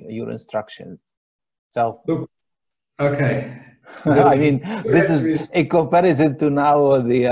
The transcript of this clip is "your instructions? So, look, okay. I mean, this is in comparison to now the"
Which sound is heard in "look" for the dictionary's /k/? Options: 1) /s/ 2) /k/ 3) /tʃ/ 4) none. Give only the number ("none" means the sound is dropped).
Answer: 4